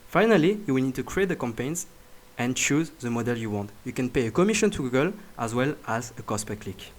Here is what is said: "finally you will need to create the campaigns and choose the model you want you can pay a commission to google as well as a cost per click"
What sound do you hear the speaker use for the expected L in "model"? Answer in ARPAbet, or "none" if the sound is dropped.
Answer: L